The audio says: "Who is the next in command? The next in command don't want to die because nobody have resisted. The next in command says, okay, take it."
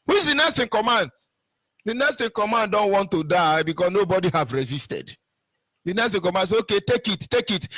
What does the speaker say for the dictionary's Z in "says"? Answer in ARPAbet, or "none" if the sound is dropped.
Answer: none